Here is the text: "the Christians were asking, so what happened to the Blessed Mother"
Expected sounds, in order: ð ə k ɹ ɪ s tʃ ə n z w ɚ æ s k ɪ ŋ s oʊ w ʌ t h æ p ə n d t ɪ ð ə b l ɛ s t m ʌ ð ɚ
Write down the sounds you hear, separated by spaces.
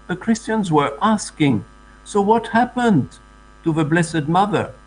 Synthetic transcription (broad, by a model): ð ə k ɹ ɪ s tʃ ə n z w ɚ æ s k ɪ ŋ s oʊ w ʌ t h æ p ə n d t ɪ ð ə b l ɛ s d m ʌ ð ɚ